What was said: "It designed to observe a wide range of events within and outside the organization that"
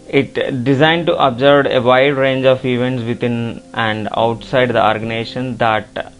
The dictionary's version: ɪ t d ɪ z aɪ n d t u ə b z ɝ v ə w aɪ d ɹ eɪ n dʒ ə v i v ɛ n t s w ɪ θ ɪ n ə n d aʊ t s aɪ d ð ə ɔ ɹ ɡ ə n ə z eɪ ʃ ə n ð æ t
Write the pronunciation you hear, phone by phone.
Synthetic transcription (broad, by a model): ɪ t d ɪ z aɪ n d t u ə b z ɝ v ə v aɪ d ɹ eɪ n dʒ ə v i v ɛ n t s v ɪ t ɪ n ə n d aʊ t s aɪ d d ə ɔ ɹ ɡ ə n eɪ ʃ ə n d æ t